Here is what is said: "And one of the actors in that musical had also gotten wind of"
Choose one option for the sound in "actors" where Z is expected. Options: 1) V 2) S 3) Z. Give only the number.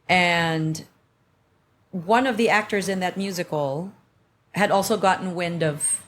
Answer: 3